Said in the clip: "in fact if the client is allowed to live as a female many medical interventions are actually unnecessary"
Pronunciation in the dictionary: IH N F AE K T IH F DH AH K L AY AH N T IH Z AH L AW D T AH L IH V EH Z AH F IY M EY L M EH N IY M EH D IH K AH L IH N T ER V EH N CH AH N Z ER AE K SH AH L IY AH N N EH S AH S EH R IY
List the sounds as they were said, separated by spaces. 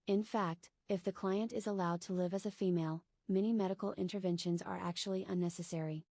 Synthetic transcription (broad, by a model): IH N F AE K T IH F DH AH K L AY AH N T IH Z AH L AW D T AH L IH V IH Z AH F IY M EY L M EH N IY M EH D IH K L IH N T ER V EH N SH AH N Z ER AE K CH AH L IY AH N N EH S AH S EH R IY